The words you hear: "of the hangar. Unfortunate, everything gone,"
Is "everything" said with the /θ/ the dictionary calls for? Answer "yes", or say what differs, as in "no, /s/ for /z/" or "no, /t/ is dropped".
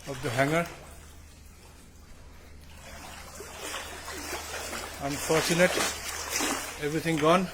no, /t/ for /θ/